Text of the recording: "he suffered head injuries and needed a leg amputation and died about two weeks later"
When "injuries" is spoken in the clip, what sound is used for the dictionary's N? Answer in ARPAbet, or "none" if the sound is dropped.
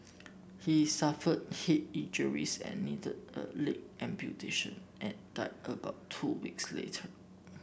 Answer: none